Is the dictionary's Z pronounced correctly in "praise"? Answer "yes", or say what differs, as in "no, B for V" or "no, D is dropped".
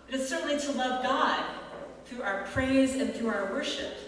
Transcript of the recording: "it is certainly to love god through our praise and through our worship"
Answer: yes